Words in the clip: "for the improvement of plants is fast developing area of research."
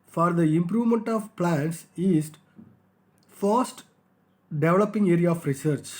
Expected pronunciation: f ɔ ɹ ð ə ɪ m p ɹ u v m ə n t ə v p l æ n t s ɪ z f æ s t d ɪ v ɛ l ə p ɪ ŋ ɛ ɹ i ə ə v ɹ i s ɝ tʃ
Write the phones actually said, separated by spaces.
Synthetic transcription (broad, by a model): f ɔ ɹ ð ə ɪ m p ɹ u v m ə n t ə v p l æ n t s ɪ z f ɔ s t d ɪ v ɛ l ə p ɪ ŋ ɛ ɹ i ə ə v ɹ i s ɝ tʃ